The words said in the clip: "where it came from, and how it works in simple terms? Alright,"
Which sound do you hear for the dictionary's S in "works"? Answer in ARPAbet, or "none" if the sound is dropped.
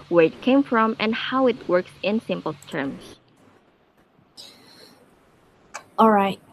S